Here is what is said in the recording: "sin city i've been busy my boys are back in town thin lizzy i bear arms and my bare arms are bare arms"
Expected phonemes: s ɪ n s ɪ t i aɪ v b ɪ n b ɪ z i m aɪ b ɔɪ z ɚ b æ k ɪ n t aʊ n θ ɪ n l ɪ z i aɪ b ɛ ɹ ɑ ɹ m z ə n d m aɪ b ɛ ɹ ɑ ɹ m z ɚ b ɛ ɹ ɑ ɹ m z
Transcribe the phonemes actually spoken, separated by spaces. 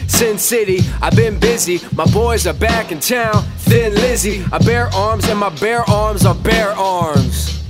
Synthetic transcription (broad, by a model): s ɪ n s ɪ t i aɪ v b ɪ n b ɪ z i m aɪ b ɔɪ z ɚ b æ k ɪ n t aʊ n θ ɪ n l ɪ z i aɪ b ɛ ɹ ɑ ɹ m z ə n m aɪ b ɛ ɹ ɑ ɹ m z ɚ b ɛ ɹ ɑ ɹ m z